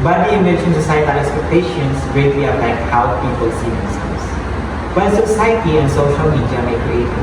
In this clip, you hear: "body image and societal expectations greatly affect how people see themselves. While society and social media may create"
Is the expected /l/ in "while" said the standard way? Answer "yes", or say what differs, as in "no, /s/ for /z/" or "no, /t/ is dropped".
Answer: no, /n/ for /l/